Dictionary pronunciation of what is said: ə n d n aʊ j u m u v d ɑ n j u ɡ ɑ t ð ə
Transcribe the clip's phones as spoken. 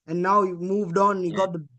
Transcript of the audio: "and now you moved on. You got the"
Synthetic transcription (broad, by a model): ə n n aʊ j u m u v d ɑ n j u ɡ ɑ t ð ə